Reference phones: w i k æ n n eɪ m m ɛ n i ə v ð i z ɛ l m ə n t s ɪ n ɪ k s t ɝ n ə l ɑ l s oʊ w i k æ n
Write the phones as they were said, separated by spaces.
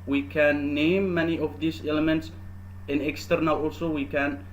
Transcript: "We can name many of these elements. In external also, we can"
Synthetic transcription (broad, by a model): w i k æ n n eɪ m m ɛ n i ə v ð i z ɛ l m ə n t s ɪ n ɪ k s t ɝ n ə l ɑ l s oʊ w i k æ n